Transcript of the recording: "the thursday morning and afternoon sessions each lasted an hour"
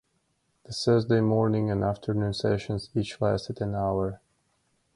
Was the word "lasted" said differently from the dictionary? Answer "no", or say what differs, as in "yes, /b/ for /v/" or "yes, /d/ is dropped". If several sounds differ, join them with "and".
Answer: yes, /w/ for /l/